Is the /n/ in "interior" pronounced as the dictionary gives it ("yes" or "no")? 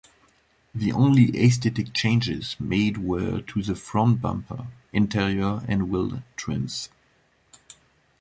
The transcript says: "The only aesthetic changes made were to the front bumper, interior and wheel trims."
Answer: yes